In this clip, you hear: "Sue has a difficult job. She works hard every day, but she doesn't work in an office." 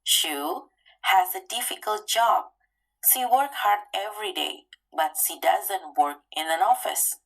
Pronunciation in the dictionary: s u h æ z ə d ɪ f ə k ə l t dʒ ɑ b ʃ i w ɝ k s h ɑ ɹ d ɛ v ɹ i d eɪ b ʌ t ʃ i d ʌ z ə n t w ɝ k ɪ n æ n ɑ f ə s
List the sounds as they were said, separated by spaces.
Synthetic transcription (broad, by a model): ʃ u h æ z ə d ɪ f ə k ə l t dʒ ɑ b ʃ i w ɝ k h ɑ ɹ d ɛ v ɹ i d eɪ b ʌ t ʃ i d ʌ z ə n t w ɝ k ɪ n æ n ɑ f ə s